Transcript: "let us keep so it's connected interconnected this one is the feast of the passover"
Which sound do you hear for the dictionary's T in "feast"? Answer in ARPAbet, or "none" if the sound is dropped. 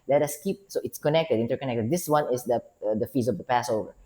none